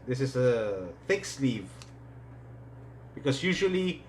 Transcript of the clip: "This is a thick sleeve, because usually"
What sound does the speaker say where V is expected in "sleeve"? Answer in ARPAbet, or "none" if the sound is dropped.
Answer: V